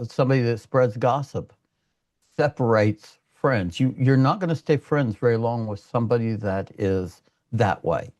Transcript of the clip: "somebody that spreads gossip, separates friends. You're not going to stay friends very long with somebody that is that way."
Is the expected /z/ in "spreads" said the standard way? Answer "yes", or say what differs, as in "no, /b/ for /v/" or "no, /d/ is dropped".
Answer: yes